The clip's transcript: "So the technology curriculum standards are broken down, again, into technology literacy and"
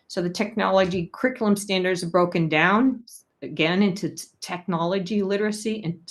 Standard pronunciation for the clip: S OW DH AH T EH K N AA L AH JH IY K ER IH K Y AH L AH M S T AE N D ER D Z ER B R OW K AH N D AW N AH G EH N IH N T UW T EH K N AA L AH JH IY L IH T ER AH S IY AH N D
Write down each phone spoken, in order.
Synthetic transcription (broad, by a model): S OW DH AH T EH K N AA L AH JH IY K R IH K Y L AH M S T AE N D ER D Z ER B R OW K AH N D AW N AH G EH N IH N T UW T EH K N AA L AH JH IY L IH T ER AH S IY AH N